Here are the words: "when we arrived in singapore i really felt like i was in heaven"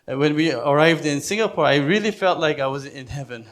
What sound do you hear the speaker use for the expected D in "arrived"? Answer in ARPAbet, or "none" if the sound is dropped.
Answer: D